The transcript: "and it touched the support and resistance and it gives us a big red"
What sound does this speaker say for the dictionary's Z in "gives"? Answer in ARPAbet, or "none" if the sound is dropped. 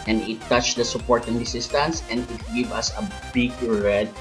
none